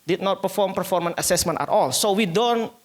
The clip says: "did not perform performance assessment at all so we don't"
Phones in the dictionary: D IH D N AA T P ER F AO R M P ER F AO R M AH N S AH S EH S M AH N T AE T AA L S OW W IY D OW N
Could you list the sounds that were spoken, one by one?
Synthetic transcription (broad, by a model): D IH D N AA T P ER F AO R M P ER F AO R M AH N AH S EH S M AH N T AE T AA L S OW W IY D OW N